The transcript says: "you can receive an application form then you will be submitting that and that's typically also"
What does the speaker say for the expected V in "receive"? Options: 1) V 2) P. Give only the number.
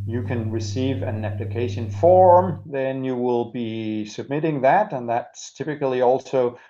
1